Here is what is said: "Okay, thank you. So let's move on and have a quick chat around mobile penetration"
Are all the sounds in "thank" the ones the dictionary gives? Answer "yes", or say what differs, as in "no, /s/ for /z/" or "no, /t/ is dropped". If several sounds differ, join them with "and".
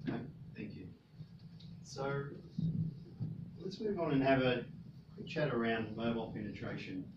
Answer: yes